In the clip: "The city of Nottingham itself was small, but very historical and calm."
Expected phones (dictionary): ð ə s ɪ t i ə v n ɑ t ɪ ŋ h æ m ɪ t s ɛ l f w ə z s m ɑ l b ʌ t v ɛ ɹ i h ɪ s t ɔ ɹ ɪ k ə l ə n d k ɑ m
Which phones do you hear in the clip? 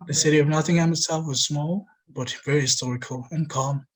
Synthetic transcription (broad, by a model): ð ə s ɪ t i ə v n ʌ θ ɪ ŋ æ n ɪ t s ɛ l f w ə z s m ɑ l b ʌ t v ɛ ɹ i h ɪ s t ɔ ɹ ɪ k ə l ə n k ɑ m